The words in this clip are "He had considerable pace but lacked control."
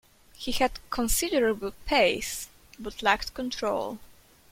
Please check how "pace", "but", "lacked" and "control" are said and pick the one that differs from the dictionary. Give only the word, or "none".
none